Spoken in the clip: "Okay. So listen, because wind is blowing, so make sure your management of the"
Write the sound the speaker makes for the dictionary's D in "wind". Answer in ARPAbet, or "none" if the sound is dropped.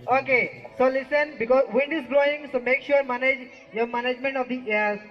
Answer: D